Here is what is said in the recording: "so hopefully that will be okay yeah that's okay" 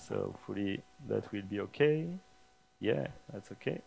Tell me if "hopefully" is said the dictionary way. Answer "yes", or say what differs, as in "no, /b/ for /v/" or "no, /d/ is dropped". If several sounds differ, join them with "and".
no, /p/ is dropped